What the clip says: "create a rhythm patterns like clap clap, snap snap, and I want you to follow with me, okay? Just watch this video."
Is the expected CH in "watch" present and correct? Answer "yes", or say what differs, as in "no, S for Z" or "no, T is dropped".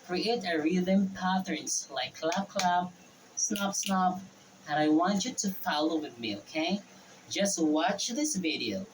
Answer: yes